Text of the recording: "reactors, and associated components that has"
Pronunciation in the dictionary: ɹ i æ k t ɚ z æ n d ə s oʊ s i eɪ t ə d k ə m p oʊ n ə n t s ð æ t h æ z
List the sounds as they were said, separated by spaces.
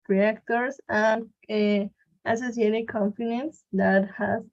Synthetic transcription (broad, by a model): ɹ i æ k t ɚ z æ n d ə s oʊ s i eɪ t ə k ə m f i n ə n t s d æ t h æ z